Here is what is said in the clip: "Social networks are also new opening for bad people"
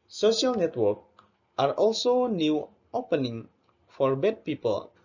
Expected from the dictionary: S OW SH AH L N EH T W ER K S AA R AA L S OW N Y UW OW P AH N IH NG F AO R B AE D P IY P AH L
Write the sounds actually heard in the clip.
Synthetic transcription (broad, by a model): S OW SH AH L N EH T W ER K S AA R AA L S OW N Y UW OW P AH N IH NG F AO R B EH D P IY P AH L